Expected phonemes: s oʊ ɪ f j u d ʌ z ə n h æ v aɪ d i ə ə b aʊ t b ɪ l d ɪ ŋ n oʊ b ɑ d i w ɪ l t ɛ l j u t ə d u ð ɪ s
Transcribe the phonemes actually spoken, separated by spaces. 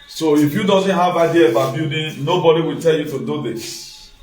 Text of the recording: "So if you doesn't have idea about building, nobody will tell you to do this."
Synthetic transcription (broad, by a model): s oʊ ɪ f j u d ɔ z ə n h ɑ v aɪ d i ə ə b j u d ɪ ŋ n oʊ b ɑ d i w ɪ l t ɛ l j u t ə d u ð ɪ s